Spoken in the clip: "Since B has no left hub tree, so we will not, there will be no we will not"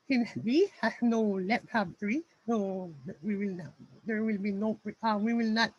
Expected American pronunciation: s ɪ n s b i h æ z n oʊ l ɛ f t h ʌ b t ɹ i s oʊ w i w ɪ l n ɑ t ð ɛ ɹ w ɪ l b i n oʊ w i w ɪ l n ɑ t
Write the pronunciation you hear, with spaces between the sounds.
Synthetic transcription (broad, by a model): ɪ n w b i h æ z n oʊ l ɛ p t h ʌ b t ɹ i s oʊ w i w ɪ l n ɑ t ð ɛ ɹ w ɪ l b i n oʊ w i w ɪ l n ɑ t